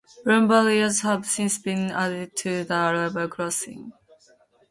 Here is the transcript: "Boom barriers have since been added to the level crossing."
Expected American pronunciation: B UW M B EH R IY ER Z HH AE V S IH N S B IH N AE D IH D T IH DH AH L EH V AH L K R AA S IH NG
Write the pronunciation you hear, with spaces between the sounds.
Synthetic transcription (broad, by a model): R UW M B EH L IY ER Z HH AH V S IH N S B IH N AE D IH D T IH DH AH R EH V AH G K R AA S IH NG